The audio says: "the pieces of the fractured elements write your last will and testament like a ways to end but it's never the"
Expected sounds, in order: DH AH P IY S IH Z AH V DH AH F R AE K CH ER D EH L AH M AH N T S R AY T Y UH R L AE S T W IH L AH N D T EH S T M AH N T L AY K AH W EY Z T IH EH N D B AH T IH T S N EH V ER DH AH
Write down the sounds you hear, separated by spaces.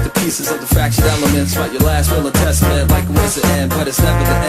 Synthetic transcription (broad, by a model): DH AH P IY S IH Z AH V DH AH F R AE K SH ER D EH L AH M AH N T S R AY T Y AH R L AE S T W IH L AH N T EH S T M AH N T L AY K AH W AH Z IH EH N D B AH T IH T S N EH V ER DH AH